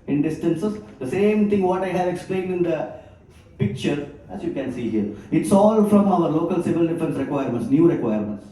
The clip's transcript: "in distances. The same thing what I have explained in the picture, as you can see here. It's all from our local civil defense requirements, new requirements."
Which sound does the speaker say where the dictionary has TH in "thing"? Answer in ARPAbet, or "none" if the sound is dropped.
T